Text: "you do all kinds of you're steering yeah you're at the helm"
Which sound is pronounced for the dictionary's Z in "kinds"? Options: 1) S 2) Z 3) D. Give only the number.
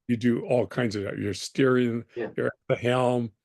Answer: 2